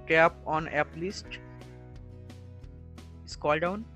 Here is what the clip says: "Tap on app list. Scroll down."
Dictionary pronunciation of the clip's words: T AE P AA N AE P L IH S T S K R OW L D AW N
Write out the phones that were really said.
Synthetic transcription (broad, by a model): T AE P AA N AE P L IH S T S K OW L D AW N